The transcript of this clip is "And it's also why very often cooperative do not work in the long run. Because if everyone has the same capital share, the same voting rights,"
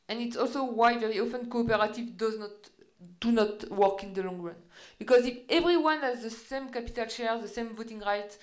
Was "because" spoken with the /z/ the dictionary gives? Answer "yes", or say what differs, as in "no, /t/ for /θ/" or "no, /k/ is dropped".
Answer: yes